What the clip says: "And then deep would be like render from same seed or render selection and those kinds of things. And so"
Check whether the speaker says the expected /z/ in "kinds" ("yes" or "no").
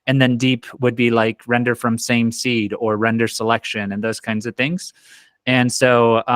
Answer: yes